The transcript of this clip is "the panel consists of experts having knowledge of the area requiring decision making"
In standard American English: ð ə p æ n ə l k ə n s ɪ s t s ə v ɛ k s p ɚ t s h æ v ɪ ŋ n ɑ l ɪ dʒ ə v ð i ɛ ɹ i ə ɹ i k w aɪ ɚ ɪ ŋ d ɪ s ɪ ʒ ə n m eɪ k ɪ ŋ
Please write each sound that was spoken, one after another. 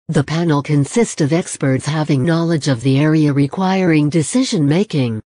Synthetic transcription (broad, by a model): ð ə p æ n l k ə n s ɪ s t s ə v ɛ k s p ɚ t s h æ v ɪ ŋ n ɑ l ɪ dʒ ə v ð i ɛ ɹ i ə ɹ i k w aɪ ɚ ɪ ŋ d ɪ s ɪ ʒ ə n m eɪ k ɪ ŋ